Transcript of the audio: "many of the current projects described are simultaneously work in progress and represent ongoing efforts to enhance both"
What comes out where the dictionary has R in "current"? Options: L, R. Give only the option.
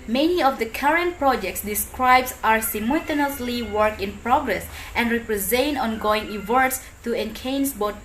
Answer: R